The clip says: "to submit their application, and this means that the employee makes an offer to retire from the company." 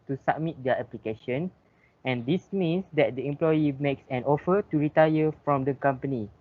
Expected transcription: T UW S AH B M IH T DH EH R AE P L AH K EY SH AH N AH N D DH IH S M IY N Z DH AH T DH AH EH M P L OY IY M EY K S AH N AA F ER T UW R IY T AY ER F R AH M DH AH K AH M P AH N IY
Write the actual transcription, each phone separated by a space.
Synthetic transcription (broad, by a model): T UW S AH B M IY T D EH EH P L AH K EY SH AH N AH N D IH S M IY N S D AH T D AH EH M P L OY IY M EY K S AH N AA F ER T UW R IY T AY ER F R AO M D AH K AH M P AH N IY